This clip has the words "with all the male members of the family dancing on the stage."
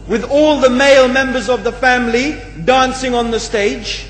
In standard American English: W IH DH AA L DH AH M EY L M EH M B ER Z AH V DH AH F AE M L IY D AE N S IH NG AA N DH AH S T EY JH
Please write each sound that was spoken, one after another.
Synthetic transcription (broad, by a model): W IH DH AA L DH AH M EY L M EH M B ER Z AH V DH AH F AE M L IY D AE N S IH NG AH N DH AH S T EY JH